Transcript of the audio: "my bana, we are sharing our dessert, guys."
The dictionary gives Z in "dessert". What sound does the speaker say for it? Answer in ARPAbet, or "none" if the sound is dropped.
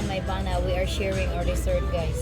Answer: S